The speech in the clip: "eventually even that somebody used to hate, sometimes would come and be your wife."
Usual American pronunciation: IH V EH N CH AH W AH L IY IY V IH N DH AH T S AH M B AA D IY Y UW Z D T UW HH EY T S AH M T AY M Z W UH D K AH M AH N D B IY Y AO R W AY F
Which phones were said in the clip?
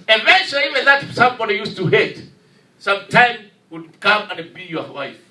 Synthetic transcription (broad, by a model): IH V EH N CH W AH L IY IY V IH N DH AH T S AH M B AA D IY Y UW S T UW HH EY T S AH M T AY M W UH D K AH M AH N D B IY Y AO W AY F